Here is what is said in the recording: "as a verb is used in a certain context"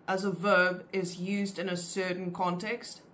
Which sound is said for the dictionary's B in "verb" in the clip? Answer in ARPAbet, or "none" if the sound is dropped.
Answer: B